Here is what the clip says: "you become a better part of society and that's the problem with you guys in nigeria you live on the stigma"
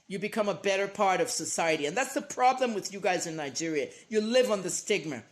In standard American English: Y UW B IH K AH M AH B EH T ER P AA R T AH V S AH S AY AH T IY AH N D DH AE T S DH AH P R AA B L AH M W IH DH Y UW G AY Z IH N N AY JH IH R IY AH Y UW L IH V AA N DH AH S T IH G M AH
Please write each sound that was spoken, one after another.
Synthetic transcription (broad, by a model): Y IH B IH K AH M AH B EH T ER P AA R T AH V S AH S AY AH T IY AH N DH AE T S DH AH P R AA B L AH M W IH DH Y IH G AY Z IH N N AY JH IH R IY AH Y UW L IH V N DH AH S T IH G M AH